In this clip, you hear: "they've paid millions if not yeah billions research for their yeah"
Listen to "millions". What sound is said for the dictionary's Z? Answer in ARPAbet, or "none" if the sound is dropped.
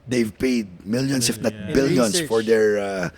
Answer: S